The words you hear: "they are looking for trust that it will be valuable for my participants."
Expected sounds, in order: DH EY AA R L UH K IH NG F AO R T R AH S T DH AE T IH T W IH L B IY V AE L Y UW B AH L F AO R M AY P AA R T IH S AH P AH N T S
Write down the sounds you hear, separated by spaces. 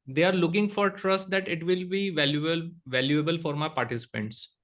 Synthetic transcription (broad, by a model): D EY AA R L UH K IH NG F AO R T R AH S T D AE T IH T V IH L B IY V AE L Y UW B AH L F AO R M AY P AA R T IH S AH P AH N T S